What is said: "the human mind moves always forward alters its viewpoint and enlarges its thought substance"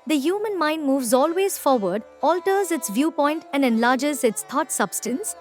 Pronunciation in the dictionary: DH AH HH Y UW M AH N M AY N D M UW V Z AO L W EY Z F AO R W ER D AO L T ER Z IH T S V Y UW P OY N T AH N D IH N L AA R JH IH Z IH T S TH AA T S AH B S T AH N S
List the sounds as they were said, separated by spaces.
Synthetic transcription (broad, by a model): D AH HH Y UW M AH N M AY N D M UW V Z AO L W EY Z F AO R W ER D AO L T ER Z IH T S V Y UW P OY N T AH N D IH N L AA R JH IH Z IH T S T AA T S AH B S T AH N S